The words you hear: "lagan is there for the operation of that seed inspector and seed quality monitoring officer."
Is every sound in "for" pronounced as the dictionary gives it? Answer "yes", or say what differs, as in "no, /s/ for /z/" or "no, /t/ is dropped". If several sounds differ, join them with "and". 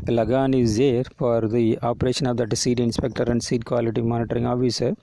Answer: yes